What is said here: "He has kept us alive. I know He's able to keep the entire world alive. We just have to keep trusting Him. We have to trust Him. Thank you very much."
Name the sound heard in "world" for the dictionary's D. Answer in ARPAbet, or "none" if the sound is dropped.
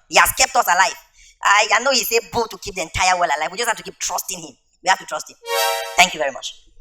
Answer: none